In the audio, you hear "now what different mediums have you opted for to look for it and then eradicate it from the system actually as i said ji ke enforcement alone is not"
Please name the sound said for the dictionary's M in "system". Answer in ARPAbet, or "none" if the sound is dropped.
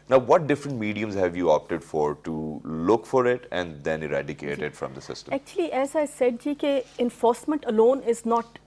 none